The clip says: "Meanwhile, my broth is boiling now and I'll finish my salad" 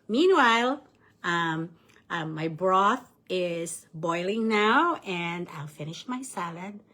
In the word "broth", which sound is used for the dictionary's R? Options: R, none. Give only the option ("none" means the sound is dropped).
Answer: R